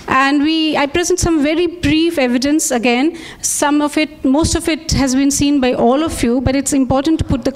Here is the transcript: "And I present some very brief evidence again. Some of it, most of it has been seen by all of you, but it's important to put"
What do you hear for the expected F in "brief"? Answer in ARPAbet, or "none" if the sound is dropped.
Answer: F